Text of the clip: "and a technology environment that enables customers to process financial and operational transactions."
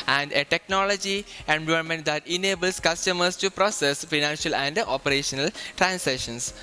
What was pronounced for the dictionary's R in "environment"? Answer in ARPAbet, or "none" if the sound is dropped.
none